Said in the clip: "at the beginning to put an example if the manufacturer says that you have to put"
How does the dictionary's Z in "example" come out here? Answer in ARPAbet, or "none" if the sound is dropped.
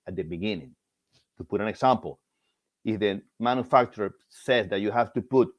S